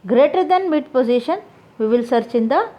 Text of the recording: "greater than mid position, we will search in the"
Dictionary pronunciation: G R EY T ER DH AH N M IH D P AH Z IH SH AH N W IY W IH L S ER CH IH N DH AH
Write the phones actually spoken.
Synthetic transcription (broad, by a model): G R EY T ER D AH N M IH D P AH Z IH SH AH N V IY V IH L S ER CH IH N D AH